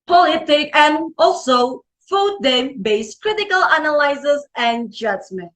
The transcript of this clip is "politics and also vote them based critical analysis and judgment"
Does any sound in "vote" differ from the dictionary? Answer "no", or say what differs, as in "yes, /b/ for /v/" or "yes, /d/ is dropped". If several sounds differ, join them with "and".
yes, /f/ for /v/